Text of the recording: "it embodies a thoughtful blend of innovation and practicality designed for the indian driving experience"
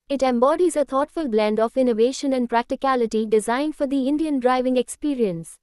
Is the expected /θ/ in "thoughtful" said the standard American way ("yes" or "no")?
no